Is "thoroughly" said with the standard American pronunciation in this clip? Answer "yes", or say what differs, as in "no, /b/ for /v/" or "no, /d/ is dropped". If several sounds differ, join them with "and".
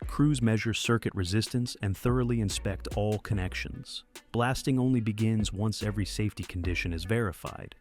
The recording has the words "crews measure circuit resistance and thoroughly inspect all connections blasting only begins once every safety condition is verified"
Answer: yes